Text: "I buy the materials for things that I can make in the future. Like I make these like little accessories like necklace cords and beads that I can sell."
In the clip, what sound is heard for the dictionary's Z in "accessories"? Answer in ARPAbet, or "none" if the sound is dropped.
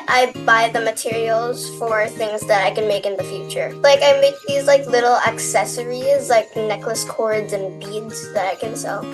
Z